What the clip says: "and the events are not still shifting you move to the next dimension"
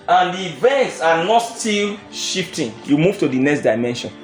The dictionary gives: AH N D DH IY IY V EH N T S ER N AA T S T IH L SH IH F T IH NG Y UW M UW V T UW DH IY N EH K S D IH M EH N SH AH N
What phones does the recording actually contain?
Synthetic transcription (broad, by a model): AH N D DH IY IY V EH N T S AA N AA T S T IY L SH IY F T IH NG Y UW M UW V T UW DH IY N EH K S D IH M EH N SH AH N